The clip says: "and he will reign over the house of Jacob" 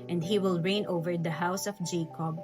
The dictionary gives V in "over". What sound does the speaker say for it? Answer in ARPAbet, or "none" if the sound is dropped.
V